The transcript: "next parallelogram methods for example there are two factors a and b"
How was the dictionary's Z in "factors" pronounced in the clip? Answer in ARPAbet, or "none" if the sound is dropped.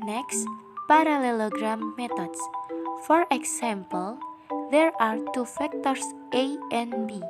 S